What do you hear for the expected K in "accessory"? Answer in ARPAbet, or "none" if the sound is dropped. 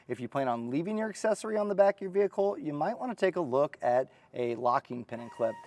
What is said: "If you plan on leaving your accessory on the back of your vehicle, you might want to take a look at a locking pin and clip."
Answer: K